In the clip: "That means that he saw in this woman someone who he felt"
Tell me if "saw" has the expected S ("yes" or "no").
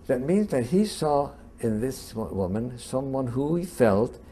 yes